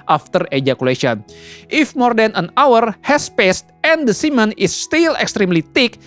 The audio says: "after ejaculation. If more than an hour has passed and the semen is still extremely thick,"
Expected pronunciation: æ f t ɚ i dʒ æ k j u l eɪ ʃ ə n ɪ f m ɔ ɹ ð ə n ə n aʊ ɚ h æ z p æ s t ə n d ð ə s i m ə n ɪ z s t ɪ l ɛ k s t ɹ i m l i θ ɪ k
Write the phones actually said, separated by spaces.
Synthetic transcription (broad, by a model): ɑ f t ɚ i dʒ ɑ k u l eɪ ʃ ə n ɪ f m ɔ ɹ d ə n ə n aʊ ɚ h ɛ s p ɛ s t ə n d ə s i m ə n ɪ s t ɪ l ɛ k s t ɹ i m l i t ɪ k